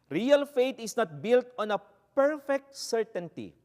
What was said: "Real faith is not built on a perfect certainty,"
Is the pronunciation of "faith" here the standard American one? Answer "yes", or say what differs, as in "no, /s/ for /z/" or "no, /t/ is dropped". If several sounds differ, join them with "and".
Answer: no, /t/ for /θ/